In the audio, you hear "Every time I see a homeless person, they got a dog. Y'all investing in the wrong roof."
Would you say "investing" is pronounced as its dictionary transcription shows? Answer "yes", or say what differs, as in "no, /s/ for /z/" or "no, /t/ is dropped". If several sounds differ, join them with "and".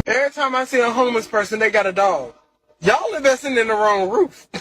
no, /n/ is dropped